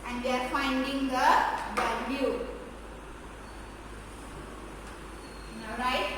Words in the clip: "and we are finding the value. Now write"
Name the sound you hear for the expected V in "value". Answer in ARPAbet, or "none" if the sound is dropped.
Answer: B